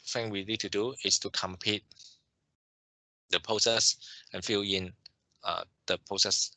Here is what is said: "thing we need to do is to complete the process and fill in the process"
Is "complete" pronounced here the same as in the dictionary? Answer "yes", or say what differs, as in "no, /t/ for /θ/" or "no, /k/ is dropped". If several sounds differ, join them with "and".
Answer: no, /l/ is dropped